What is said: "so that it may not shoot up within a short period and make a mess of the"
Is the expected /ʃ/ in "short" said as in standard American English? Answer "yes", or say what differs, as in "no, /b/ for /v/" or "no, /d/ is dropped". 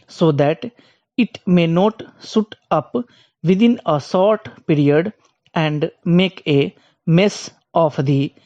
no, /s/ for /ʃ/